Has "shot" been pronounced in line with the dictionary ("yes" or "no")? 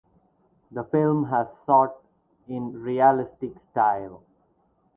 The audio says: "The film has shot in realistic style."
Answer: no